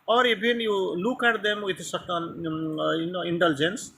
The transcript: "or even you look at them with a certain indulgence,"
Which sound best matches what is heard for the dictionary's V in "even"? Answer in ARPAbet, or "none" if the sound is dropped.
B